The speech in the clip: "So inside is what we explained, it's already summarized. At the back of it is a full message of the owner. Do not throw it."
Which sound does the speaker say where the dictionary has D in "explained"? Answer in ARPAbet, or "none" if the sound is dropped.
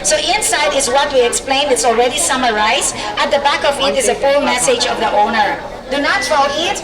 none